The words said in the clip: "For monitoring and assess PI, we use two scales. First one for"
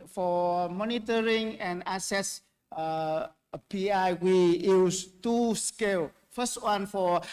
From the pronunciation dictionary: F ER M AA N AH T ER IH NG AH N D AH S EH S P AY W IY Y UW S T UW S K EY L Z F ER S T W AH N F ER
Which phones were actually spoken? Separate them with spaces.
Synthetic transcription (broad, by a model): F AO M AA N AH T ER IH NG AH N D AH S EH S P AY W IY Y UW S T UW S K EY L F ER S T W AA N F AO